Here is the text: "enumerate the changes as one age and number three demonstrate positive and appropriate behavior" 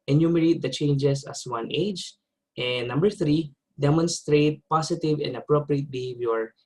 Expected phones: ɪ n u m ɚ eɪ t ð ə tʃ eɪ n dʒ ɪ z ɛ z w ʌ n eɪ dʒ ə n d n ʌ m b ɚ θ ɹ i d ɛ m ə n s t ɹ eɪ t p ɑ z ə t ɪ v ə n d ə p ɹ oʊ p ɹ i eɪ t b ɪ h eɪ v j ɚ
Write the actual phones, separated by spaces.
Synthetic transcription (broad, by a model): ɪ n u m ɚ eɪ t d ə tʃ eɪ n dʒ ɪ s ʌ s w ʌ n eɪ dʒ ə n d n ʌ m b ɚ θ ɹ i d ɛ m ə n s t ɹ eɪ t p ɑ s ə t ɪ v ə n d ə p ɹ oʊ p ɹ i eɪ t b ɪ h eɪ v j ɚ